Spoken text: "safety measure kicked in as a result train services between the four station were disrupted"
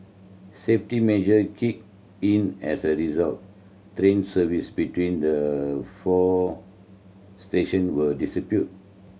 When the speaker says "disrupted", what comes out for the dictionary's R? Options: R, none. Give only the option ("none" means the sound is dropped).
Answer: none